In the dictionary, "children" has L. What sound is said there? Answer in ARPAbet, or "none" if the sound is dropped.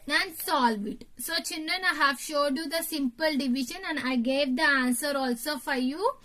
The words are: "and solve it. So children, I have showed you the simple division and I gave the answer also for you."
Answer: N